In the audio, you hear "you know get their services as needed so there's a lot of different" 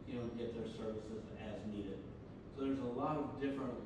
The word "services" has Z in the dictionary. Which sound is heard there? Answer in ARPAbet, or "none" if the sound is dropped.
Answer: Z